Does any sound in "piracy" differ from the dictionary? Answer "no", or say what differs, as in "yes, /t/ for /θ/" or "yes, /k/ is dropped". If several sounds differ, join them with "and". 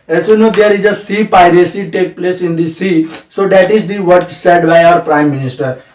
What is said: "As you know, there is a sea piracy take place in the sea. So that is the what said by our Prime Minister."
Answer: no